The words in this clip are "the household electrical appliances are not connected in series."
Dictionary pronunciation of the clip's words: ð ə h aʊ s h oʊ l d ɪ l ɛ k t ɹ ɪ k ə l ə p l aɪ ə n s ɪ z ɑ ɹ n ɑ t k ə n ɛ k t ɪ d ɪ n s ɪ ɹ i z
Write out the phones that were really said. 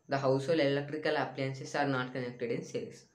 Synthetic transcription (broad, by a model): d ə h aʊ s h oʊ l ɪ l ɛ k t ɹ ɪ k ə l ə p l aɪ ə n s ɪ s ɑ ɹ n ɑ t k ə n ɛ k t ɪ d ɪ n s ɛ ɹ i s